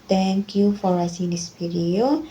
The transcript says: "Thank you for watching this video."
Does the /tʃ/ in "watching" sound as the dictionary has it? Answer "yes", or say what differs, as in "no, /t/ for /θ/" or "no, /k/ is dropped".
no, /s/ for /tʃ/